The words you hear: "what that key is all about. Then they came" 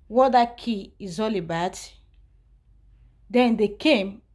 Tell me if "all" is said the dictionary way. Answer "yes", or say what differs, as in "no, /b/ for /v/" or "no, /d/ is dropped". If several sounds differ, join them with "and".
yes